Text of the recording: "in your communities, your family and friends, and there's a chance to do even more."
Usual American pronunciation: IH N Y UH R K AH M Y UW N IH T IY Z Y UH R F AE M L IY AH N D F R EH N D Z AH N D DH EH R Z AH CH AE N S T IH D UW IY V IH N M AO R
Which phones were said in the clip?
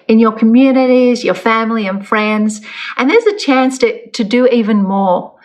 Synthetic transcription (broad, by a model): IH N Y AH R K AH M Y UW N IH T IY Z Y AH R F AE M L IY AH N F R EH N D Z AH N DH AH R Z AH CH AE N S T IH D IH IY V IH N M AO R